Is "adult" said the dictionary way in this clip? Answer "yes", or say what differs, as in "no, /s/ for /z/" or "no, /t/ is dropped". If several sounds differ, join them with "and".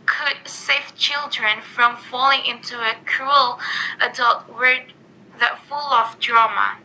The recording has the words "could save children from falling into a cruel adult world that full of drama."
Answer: yes